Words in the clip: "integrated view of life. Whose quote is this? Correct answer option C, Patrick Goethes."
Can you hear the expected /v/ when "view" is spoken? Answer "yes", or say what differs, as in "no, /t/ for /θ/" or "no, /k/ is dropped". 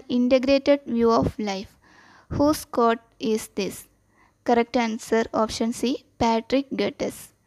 yes